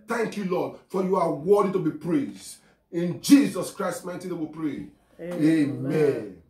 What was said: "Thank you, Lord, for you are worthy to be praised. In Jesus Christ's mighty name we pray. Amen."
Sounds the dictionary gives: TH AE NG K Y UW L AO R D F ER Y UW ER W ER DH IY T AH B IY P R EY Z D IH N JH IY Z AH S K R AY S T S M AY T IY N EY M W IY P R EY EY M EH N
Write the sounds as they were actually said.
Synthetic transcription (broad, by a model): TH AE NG K Y UW L AO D F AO Y UW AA W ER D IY T AH B IY P R EY Z D IH N JH IY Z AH S K R AY S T M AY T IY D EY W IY P R EY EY M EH N